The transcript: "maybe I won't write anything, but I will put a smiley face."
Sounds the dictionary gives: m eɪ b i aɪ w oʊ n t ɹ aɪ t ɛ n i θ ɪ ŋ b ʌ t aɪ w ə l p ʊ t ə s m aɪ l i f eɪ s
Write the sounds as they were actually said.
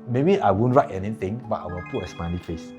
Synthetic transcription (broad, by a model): m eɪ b i aɪ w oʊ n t ɹ aɪ t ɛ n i t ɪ ŋ b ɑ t aɪ w ə l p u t ə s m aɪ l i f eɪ s